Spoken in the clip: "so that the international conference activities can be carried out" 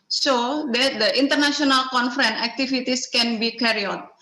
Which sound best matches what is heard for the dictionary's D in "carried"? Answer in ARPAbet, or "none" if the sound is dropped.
none